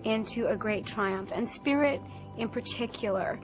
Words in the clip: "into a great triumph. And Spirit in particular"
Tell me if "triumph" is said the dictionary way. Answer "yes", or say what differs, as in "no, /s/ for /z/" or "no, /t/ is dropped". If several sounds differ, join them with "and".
yes